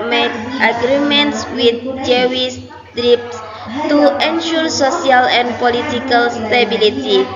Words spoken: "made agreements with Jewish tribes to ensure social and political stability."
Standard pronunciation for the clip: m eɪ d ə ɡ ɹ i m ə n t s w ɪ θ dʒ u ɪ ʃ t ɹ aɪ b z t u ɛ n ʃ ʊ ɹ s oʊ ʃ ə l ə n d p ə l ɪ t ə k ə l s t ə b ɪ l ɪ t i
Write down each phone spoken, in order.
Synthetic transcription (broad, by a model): m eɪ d ə ɡ ɹ i m ə n t s w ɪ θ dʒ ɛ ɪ s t ɹ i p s t u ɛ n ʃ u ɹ s oʊ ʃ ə l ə n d p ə l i t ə k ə l s t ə b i l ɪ t i